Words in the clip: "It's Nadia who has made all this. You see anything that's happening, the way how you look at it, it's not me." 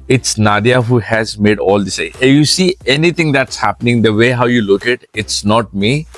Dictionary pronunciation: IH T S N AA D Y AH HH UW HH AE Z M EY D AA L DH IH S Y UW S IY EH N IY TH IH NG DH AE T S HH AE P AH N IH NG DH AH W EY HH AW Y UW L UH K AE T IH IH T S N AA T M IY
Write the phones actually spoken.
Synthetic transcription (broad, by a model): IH T S N AA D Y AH HH UW HH AE Z M EY D AA L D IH S Y UW S IY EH N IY T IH NG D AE T S HH AE P AH N IH NG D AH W EY HH AW Y UW L UH K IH T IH IH T S N AA T M IY